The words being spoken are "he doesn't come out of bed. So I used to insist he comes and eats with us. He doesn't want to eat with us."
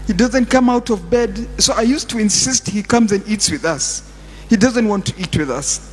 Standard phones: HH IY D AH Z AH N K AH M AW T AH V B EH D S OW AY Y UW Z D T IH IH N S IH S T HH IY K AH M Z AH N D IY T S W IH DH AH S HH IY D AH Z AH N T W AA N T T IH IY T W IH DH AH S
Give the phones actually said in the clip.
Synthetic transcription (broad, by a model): HH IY D AH Z AH N K AH M AW T AH V B EH D S OW AY Y UW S T IH IH N S IH S T HH IY K AH M Z AH N D IY T S W IH DH AH S HH IY D AH Z AH N T W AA N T T IH IY T W IH DH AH S